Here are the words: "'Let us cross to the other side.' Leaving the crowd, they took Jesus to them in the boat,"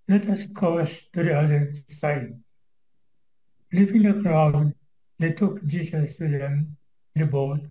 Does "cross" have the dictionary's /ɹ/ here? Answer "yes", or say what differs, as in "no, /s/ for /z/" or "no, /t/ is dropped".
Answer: no, /ɹ/ is dropped